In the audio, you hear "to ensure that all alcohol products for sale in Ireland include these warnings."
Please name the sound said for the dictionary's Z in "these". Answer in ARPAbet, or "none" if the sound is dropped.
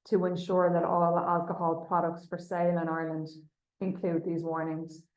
Z